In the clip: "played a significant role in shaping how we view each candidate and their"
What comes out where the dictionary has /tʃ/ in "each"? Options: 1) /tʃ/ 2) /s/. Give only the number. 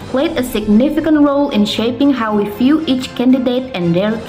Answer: 1